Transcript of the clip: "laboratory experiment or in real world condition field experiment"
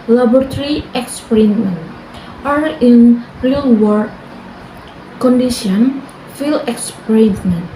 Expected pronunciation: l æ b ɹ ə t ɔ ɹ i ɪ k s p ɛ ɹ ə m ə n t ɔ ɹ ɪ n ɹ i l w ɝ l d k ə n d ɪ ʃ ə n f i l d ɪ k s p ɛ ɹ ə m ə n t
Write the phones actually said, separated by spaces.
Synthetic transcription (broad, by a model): l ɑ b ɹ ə t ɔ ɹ i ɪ k s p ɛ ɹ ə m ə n t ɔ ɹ ɪ n ɹ i l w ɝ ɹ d k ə n d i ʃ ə n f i l ɪ k s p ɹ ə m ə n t